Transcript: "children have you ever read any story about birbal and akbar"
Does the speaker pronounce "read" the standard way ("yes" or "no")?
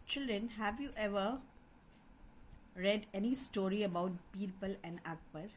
yes